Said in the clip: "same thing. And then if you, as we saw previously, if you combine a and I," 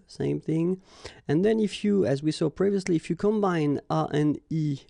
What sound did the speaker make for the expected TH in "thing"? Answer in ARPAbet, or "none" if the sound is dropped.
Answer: TH